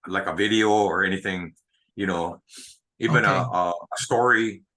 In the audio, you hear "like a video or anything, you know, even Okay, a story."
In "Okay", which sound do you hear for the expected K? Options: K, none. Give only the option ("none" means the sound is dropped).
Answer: none